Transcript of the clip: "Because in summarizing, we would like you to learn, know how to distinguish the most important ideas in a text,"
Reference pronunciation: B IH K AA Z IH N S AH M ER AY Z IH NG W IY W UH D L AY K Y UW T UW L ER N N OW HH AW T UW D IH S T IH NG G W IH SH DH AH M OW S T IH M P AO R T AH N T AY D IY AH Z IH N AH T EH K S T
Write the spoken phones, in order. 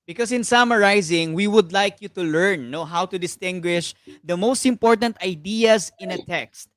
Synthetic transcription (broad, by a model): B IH K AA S IH N S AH M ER AY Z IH NG W IY W UH D L AY K Y UW T UW L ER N N OW HH AW T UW D IH S T IH NG G W IH SH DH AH M OW S T IH M P AO R T AH N T AY D IY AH S IH N AH T EH K S T